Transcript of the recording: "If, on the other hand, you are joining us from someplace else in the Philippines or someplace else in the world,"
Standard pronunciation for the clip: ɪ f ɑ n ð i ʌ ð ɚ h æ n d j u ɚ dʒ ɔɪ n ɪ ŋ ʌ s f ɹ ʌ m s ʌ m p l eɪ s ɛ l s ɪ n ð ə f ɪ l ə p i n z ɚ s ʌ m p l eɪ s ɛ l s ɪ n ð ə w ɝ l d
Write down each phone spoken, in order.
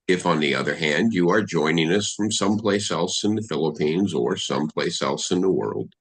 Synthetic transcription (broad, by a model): ɪ f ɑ n ð i ʌ ð ɚ h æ n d j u ɚ dʒ ɔɪ n ɪ ŋ ʌ s f ɹ ʌ m s ʌ m p l eɪ s ɛ l s ɪ n ð ə f ɪ l ə p i n z ɚ s ʌ m p l eɪ s ɛ l s ɪ n ð ə w ɝ l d